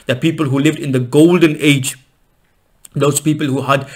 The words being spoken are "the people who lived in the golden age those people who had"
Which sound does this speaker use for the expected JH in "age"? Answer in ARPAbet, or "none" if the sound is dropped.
JH